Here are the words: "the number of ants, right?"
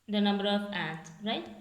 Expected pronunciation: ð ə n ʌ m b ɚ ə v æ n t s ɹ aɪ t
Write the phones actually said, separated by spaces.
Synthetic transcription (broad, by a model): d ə n ʌ m b ɚ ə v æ t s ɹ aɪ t